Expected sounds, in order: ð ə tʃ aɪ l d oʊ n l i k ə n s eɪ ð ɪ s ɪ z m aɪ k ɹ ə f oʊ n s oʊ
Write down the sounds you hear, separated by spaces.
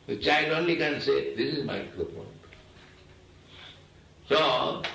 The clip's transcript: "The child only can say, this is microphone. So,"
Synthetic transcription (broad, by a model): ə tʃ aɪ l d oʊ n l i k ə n s eɪ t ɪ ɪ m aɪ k ə p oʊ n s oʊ